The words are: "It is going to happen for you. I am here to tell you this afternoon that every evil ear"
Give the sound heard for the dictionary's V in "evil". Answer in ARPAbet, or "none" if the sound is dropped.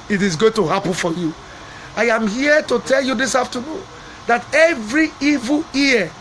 V